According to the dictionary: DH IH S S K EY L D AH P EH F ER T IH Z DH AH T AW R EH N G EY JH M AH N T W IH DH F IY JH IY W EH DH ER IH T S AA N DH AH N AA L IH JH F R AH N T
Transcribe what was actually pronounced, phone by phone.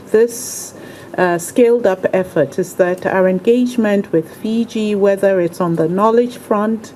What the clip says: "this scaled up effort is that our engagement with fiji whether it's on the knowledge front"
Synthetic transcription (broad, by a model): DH IH S S K EY L D AH P EH F ER T IH Z DH AH T AW R EH N G EY JH M AH N T W IH DH F IY JH IY W EH DH ER IH T S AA N DH AH N AA L IH JH F R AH N T